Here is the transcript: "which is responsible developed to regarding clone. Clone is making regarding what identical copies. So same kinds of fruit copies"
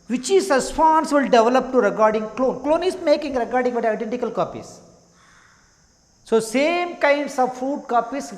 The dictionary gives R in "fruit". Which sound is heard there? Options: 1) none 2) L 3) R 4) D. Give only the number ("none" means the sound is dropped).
1